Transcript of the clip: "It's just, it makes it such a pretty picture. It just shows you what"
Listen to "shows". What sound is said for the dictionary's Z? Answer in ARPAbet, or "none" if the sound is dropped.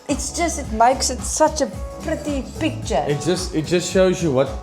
Z